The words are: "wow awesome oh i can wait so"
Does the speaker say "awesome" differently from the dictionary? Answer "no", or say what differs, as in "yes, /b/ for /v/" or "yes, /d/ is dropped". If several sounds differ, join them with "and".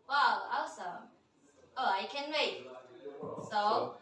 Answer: yes, /m/ is dropped